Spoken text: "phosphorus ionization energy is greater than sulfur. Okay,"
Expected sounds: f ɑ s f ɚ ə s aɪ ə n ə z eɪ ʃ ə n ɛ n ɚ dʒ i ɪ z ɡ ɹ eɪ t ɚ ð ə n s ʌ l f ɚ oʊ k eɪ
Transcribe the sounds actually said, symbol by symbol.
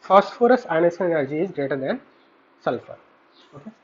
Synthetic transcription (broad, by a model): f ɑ s f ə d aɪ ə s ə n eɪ s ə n ɛ n ɚ dʒ i ɪ z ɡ ɹ eɪ t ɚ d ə n s ʌ l f ɚ oʊ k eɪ